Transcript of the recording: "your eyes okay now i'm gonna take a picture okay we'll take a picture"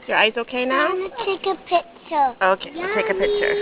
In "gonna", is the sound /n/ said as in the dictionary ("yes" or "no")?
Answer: no